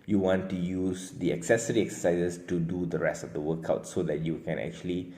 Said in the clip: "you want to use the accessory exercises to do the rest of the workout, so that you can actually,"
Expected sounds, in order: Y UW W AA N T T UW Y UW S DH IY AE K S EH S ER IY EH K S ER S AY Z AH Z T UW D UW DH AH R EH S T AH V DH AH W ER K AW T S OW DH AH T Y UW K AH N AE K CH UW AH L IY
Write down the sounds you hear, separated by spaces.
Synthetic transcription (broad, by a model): Y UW W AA N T T UW Y UW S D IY AE K S EH S ER IY EH K S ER S AY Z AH S T UW D UW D AH R EH S T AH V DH AH W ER K AW T S OW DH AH T Y UW K AH N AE K CH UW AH L IY